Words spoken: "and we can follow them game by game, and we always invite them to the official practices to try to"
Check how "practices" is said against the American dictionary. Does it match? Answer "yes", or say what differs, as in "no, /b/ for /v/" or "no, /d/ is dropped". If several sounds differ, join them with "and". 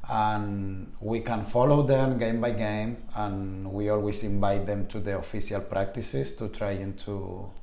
no, /s/ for /z/